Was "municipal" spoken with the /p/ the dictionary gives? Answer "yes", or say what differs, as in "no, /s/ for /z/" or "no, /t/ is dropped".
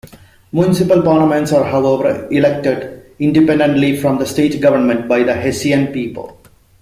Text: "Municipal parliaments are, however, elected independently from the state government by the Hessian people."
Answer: yes